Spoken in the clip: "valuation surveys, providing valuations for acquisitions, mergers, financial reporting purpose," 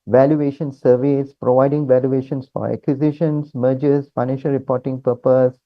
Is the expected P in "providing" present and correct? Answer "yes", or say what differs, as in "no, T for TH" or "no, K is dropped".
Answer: yes